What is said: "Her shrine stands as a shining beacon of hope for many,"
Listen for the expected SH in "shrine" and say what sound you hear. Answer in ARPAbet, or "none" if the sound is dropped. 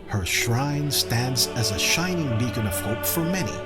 SH